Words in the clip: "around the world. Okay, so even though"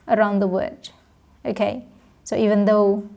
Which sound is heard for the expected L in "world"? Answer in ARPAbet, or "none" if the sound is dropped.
none